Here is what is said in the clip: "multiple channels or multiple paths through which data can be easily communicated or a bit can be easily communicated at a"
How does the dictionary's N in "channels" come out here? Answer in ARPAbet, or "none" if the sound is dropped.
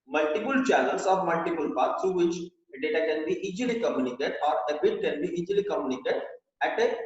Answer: L